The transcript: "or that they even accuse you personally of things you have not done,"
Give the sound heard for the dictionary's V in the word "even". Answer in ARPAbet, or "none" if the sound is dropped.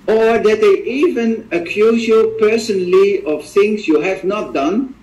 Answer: V